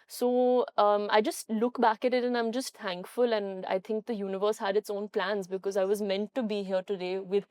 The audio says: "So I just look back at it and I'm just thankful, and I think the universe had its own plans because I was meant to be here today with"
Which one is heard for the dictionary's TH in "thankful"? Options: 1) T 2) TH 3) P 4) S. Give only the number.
1